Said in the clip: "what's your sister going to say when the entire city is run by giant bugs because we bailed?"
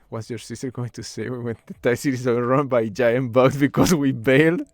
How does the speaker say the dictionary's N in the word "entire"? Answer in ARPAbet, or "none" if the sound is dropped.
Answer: none